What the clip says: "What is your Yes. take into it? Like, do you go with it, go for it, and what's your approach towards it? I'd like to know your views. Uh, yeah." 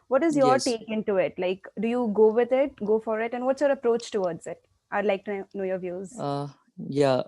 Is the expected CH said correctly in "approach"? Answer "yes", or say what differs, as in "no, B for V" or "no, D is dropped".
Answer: yes